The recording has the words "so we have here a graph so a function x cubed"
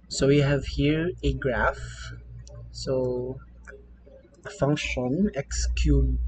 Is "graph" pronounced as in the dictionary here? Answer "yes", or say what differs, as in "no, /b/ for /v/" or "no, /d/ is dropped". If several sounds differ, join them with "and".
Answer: yes